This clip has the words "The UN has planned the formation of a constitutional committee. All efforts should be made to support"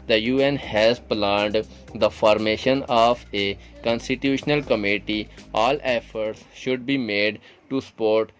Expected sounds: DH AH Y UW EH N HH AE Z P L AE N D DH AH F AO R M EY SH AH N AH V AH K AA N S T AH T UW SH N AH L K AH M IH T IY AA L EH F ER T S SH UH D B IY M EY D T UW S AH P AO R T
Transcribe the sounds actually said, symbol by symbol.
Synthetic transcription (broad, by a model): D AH Y UW EH N HH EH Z P L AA N D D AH F AO R M EY SH AH N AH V AH K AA N S T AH T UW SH N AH L K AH M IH T IY AA L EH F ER T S SH UH D B IY M EY D T UW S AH P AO R T